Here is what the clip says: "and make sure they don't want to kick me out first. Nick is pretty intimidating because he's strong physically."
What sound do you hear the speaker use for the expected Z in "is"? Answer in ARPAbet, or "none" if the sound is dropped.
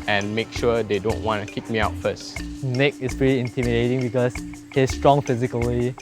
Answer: S